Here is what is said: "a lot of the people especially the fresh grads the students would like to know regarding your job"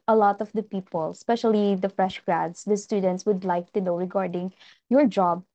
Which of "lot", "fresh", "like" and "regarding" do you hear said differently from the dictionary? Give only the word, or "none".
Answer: none